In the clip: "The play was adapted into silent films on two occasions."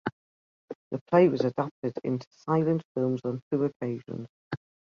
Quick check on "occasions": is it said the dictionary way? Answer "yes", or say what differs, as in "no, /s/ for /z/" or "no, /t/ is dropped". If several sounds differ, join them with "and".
yes